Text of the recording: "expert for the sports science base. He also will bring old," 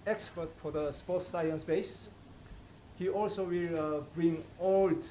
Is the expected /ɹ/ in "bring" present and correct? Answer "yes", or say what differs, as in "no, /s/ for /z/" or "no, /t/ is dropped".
yes